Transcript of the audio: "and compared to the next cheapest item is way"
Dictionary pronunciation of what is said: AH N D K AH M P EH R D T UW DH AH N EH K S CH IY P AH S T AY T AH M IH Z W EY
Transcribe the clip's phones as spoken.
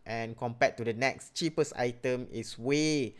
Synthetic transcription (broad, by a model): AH N K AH M P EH T UW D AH N EH K S CH IY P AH S AY T AH M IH S W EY